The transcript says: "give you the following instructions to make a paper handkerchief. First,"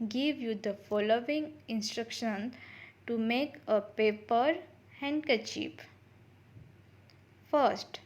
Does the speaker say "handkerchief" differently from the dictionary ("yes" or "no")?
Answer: yes